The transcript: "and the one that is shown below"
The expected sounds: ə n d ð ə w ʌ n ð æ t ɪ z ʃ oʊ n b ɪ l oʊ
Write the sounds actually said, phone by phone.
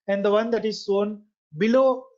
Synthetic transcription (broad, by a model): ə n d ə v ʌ n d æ t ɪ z s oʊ n b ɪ l oʊ